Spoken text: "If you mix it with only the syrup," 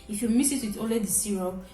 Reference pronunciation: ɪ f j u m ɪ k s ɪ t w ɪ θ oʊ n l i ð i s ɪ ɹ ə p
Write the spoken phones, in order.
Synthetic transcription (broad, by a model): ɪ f j u m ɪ s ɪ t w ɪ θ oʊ l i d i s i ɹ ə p